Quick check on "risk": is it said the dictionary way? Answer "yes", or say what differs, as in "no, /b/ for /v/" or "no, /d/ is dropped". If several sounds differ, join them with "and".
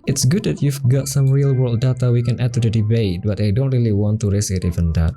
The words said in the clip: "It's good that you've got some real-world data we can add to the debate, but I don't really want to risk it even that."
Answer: no, /k/ is dropped